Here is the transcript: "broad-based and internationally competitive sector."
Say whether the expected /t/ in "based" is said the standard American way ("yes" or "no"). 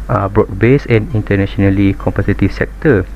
no